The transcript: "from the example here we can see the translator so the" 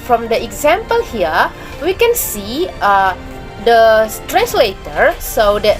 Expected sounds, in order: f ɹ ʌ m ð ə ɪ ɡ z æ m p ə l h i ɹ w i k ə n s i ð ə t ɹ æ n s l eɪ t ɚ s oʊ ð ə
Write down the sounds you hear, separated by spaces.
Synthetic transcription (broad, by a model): f ɹ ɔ m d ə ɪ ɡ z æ m p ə l h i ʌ w i k ə n s i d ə t ɹ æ s l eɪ t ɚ s oʊ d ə